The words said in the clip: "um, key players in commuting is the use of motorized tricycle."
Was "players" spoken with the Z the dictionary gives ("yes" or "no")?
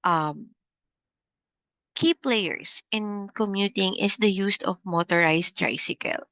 no